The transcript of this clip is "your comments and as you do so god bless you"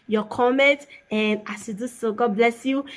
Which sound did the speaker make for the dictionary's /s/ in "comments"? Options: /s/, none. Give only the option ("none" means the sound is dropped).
none